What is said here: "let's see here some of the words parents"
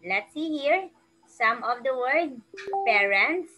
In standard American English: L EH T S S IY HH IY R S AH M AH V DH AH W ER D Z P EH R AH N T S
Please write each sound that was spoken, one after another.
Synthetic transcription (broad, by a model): L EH T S S IY HH IY R S AH M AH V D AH W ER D P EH R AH N T S